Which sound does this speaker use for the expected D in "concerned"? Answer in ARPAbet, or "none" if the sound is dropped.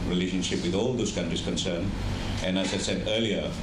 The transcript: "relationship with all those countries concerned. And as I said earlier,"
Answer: none